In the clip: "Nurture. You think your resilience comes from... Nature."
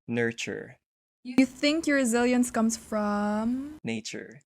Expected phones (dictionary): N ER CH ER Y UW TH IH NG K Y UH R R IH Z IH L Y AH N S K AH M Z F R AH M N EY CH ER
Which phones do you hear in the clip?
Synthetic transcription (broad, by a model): N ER CH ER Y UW TH IH NG K Y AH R R IH Z IH L Y AH N S K AH M Z F R AH M N EY CH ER